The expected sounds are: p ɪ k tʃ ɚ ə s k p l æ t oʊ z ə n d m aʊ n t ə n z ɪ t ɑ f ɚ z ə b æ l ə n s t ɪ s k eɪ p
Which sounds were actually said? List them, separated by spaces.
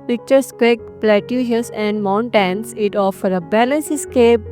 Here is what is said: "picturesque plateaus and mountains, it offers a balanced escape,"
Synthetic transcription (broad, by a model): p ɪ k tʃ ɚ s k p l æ t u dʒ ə n d m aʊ n t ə n s ɪ t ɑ f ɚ ə b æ l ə n s ɪ s k eɪ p